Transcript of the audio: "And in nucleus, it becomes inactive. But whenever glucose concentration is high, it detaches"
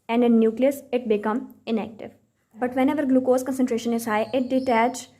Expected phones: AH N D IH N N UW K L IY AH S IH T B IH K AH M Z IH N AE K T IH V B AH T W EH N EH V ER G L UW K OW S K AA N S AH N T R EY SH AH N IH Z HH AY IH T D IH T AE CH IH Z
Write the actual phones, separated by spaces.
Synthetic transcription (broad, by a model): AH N D IH N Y UW K L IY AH S IH T B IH K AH M IH N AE K T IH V B AH T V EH N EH V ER G L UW K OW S K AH N S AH N T R EY SH AH N IH Z HH AY IH T D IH T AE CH